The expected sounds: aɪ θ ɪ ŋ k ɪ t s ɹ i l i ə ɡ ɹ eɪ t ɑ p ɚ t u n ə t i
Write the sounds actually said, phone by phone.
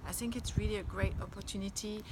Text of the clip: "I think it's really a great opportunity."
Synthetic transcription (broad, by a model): aɪ θ ɪ ŋ k ɪ t s ɹ i l i ə ɡ ɹ eɪ t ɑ p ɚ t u n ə t i